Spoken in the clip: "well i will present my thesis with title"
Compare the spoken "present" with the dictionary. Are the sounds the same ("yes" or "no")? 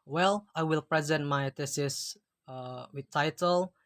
yes